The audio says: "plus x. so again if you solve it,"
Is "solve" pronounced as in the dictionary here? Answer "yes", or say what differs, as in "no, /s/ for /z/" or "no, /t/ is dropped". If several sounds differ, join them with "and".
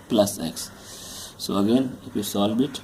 no, /b/ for /v/